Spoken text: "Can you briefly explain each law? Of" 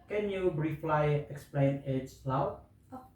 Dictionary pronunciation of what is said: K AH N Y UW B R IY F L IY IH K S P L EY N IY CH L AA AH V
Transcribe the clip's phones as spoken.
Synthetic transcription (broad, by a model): K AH N Y UW B R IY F L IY IH K S P L EY N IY S L AA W